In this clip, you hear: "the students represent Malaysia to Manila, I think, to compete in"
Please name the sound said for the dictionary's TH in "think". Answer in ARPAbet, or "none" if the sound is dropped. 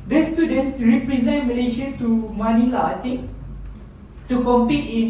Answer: T